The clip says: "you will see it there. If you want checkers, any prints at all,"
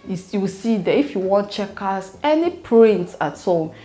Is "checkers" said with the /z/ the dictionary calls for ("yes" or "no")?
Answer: no